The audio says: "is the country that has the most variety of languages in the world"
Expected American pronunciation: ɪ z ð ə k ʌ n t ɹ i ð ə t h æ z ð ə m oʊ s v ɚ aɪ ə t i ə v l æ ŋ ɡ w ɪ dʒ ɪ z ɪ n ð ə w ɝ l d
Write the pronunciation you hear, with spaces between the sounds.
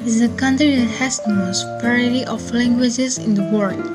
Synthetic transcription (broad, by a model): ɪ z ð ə k ʌ n t ɹ i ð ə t h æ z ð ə m oʊ s p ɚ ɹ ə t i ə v l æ ŋ ɡ w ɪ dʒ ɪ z ɪ n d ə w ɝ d